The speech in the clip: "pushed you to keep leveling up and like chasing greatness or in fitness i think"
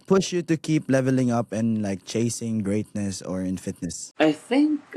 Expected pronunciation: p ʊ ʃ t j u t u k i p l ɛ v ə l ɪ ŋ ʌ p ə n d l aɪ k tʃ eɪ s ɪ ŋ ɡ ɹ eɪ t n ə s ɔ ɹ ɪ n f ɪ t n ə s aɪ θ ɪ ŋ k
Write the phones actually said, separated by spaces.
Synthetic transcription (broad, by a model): p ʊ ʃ j u t u k i p l ɛ v ə l ɪ ŋ ʌ p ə n l aɪ k tʃ eɪ s ɪ ŋ ɡ ɹ eɪ t n ə s ɔ ɹ ɪ n f ɪ t n ə s aɪ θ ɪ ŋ k